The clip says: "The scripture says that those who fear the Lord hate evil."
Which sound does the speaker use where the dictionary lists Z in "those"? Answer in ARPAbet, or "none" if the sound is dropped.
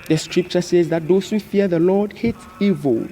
S